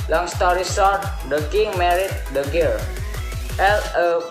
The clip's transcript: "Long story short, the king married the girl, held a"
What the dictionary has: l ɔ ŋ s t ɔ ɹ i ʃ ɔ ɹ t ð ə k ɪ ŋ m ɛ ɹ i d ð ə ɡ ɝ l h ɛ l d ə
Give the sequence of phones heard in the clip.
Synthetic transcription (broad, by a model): l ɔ ŋ s t ɔ ɹ i s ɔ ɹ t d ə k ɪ ŋ m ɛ ɹ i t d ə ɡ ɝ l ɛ l ə